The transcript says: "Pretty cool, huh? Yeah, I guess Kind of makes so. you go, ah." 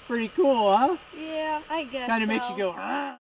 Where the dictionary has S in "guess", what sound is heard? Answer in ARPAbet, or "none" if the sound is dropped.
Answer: none